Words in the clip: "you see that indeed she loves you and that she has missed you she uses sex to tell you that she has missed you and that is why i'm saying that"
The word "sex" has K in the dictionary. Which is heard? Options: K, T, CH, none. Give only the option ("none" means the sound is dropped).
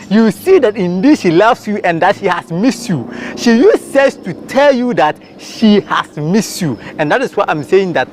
none